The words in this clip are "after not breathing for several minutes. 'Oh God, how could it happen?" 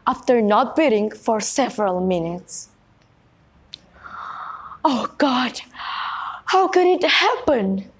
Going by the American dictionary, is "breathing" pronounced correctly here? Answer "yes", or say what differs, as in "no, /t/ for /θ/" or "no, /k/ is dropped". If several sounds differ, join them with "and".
no, /ɹ/ is dropped